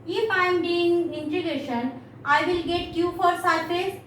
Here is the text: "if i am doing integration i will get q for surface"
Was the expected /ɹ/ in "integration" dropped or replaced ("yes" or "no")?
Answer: yes